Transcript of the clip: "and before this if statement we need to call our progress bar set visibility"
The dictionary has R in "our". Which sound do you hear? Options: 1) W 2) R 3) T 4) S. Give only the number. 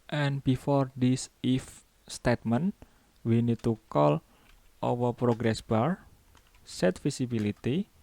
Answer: 1